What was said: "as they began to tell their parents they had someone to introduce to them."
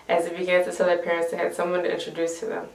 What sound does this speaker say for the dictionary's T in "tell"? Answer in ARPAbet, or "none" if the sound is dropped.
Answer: S